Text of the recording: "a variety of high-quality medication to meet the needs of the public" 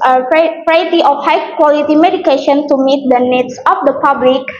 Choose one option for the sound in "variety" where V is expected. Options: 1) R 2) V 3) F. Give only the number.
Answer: 3